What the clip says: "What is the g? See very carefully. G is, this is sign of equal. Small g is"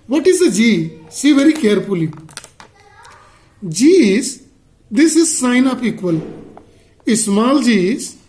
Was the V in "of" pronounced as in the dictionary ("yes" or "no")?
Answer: no